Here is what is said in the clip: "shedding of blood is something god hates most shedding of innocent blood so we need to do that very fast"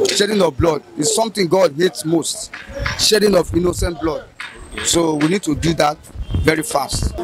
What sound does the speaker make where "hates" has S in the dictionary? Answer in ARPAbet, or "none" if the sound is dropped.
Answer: S